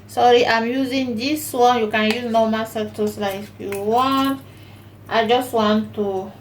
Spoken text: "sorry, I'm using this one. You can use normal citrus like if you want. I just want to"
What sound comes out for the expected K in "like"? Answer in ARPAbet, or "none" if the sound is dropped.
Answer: none